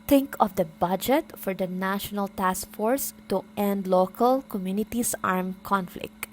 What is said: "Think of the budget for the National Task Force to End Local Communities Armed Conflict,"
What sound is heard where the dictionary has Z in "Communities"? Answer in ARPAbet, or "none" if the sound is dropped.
S